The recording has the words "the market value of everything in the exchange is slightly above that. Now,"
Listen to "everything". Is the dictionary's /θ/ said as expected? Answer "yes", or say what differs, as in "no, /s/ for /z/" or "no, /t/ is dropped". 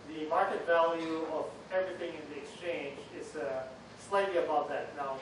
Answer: yes